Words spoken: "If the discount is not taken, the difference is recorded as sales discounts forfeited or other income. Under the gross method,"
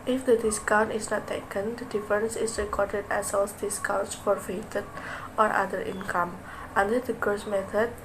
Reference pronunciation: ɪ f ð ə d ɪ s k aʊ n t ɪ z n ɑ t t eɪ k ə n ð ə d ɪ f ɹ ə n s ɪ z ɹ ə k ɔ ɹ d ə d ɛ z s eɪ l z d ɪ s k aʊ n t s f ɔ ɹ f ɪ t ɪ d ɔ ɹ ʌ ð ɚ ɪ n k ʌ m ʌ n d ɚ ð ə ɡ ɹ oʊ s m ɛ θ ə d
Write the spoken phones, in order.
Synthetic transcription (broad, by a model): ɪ f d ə d ɪ s k aʊ n t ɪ s n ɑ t t eɪ k ə n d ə d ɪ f ɹ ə n s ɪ s ɹ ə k ɔ ɹ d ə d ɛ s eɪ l s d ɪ s k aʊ n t s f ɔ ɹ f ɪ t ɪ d ɔ ɹ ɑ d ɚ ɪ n k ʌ m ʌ n d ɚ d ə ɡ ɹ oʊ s m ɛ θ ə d